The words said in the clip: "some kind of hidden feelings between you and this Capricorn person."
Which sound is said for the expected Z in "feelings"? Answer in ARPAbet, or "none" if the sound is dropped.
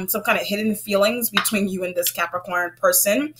Z